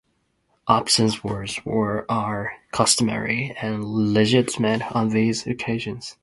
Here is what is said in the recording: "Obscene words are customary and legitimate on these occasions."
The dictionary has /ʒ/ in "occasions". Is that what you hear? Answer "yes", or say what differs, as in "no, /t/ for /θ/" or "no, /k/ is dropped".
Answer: yes